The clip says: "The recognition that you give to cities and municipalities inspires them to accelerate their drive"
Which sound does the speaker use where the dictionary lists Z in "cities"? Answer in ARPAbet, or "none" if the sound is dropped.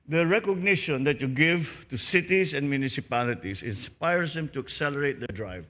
S